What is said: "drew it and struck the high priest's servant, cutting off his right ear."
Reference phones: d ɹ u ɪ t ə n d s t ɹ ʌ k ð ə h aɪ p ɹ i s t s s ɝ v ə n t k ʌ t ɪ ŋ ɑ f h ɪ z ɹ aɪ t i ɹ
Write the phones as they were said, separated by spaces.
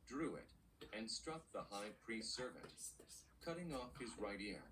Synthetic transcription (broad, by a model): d ɹ u ɪ t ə n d s t ɹ ʌ k ð ə h aɪ p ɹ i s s s ɝ v ə n t k ʌ t ɪ ŋ ɑ f h ɪ z ɹ aɪ t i ɹ